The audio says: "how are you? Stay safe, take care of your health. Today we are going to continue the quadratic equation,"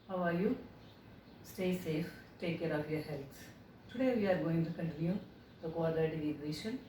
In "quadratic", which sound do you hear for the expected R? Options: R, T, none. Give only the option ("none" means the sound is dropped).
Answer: none